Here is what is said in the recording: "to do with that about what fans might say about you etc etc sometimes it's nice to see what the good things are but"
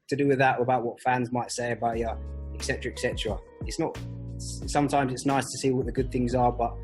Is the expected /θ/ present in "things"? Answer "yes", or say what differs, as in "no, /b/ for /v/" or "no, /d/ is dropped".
yes